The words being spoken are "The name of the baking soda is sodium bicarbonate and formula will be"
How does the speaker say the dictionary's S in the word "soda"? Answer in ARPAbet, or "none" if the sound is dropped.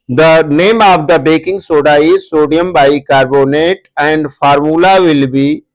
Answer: S